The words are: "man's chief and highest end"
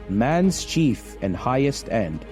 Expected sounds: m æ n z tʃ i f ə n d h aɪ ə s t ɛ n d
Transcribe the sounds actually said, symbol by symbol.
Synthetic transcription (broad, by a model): m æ n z tʃ i f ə n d h aɪ ə s t ɛ n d